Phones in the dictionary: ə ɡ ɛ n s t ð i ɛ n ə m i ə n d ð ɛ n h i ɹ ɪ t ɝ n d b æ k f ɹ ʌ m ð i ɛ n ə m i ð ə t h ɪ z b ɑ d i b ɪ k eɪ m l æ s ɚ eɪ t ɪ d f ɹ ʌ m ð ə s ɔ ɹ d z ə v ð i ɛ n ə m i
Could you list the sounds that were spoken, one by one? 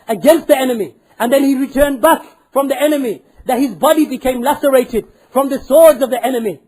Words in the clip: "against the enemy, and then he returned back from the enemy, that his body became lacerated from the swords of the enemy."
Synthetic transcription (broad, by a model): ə ɡ ɛ n s t ð i ɛ n ə m i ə n ð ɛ n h i ɹ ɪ t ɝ n b æ k f ɹ ʌ m ð i ɛ n ə m i ð ə t h ɪ z b ɑ d i b ɪ k eɪ m l æ s ɚ eɪ t ɪ d f ɹ ʌ m ð ə s ɔ ɹ d z ə v ð i ɛ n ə m i